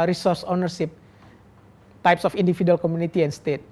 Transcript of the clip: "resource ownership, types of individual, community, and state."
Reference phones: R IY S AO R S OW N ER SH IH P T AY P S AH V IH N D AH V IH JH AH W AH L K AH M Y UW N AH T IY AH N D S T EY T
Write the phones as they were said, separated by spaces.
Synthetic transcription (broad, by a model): R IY S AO R S OW N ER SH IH P T AY P S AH F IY N D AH F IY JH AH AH L K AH M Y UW N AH T IY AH N S T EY T